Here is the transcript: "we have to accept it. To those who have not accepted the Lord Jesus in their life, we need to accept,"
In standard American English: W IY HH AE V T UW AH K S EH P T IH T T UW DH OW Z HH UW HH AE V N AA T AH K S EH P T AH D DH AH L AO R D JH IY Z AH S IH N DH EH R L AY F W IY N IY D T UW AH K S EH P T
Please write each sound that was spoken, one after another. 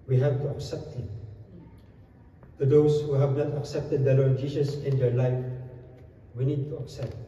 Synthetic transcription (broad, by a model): W IY HH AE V T UW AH K S EH P T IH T T UW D OW S HH UW HH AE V N AA T AH K S EH P T AH D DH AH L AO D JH IY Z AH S IH N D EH L AY F W IY N IY D T UW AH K S EH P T